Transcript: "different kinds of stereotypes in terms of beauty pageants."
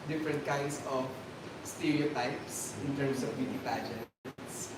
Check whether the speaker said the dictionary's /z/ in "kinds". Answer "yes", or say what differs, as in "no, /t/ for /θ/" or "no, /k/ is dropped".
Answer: no, /s/ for /z/